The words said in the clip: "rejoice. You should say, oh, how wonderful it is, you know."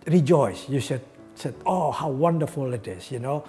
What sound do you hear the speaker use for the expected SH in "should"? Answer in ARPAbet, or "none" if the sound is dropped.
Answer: S